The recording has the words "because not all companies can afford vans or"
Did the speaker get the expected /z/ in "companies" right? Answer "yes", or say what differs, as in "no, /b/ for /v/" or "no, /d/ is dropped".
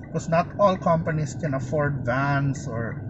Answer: no, /s/ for /z/